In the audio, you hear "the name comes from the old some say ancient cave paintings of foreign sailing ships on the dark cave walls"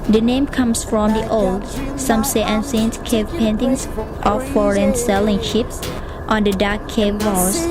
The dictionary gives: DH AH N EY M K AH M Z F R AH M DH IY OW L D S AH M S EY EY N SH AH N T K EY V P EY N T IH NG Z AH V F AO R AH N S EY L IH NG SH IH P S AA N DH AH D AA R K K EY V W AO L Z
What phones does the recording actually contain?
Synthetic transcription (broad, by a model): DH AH N EY M K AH M S F R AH M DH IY OW L D S AH M S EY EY N S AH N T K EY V P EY N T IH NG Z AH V F AO R AH N S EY L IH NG SH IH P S AA N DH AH D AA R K K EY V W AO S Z